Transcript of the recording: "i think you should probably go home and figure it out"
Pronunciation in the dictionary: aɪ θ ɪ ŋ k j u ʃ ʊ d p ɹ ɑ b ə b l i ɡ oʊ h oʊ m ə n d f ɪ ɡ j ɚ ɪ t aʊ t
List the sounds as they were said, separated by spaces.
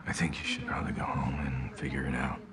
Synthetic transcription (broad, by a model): aɪ θ ɪ ŋ k j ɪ ʃ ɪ d p ɹ ɑ b ə b l i ɡ oʊ h oʊ m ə n f ɪ ɡ j ɚ ɪ t aʊ t